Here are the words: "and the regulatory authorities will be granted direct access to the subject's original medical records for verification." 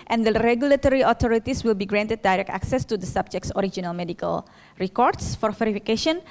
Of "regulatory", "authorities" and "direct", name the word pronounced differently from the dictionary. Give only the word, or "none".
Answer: authorities